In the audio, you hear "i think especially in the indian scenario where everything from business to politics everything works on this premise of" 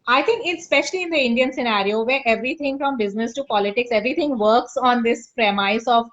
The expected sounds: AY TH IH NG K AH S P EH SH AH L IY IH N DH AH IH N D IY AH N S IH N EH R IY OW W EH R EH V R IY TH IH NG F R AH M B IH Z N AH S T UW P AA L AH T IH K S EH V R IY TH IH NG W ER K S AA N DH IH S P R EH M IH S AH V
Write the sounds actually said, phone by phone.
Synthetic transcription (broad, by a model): AY T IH NG K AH S P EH SH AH L IY IH N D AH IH N D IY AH N S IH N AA R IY OW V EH R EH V R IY T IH NG F R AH M B IH Z N AH S T UW P AA L AH T IH K S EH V R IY T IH NG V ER K S AA N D IH S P R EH M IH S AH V